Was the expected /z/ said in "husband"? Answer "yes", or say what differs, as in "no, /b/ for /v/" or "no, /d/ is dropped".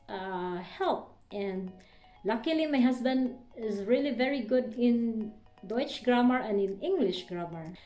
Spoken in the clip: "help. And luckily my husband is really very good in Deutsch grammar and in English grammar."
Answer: no, /s/ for /z/